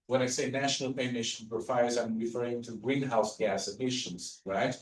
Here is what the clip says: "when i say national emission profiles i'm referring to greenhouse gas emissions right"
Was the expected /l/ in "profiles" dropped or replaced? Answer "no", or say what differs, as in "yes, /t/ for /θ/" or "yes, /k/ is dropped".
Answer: yes, /l/ is dropped